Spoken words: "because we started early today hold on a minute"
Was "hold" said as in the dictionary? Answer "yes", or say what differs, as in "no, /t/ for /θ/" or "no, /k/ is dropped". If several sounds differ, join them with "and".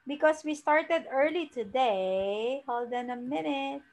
yes